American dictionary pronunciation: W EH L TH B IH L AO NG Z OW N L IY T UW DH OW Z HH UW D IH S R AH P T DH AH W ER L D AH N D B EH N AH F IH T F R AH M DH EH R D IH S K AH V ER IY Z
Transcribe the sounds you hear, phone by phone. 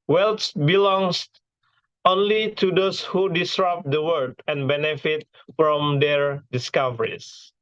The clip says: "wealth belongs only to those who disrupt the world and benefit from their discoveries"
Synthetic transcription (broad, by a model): W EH L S B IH L AO NG S OW N L IY T UW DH OW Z HH UW D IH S R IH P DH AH W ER D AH N B EH N AH F IH T F R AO M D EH R D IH S K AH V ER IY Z